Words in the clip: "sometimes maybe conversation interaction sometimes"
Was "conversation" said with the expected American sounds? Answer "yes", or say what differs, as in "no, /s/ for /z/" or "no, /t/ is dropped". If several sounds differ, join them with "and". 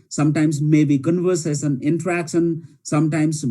no, /s/ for /ʃ/